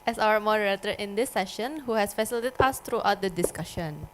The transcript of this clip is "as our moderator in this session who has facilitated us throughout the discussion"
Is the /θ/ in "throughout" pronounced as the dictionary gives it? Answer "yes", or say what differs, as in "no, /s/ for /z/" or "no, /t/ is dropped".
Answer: no, /t/ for /θ/